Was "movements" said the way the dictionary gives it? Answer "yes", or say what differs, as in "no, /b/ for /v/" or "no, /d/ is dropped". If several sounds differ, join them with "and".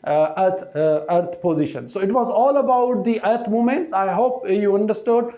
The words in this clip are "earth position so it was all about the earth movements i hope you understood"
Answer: no, /v/ is dropped